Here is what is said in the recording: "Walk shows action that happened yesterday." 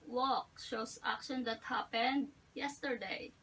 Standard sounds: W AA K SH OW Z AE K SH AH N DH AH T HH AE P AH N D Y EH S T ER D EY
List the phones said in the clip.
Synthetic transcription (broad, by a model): W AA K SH OW S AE K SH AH N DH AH T HH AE P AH N D Y EH S T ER D EY